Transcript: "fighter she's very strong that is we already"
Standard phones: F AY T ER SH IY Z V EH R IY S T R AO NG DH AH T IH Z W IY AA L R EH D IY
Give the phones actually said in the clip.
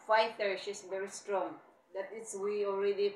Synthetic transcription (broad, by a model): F AY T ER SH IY S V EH R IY S T R AO NG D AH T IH S W IY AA L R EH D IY